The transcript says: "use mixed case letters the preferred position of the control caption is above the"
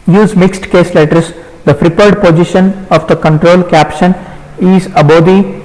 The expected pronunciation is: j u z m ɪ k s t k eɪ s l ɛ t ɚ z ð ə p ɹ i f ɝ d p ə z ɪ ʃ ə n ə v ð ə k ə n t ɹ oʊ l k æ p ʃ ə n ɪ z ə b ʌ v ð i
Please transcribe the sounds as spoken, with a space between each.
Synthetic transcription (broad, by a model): j u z m ɪ k s t k eɪ s l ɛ t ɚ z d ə f ɹ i p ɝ d p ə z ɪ ʃ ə n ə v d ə k ə n t ɹ oʊ l k æ p ʃ ə n ɪ z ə b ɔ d i